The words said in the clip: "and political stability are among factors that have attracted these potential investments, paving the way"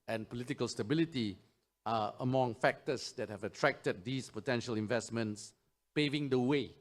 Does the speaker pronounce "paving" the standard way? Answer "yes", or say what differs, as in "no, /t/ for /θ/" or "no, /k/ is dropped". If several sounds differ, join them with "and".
yes